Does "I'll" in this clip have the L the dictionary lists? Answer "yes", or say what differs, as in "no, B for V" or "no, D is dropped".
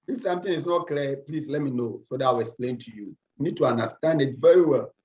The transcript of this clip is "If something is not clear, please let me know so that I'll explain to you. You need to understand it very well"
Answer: no, W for L